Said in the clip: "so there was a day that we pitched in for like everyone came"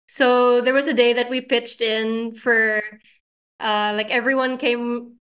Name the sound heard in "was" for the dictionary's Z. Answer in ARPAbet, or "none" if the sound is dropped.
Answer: Z